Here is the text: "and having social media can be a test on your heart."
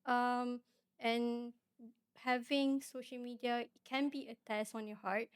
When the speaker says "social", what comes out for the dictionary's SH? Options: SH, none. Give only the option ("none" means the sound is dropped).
SH